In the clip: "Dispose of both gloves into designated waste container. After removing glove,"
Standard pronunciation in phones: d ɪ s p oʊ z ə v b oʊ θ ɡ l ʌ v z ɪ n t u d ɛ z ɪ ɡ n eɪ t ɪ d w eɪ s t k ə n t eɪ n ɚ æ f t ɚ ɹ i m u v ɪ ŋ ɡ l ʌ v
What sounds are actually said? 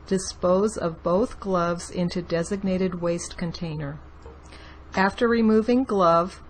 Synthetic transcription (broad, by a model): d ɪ s p oʊ z ə v b oʊ θ ɡ l ʌ v z ɪ n t u d ɛ z ɪ ɡ n eɪ t ɪ d w eɪ s t k ə n t eɪ n ɚ æ f t ɚ ɹ i m u v ɪ ŋ ɡ l ʌ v